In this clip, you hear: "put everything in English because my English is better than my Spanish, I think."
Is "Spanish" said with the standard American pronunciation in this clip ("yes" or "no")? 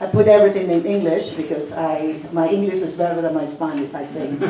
no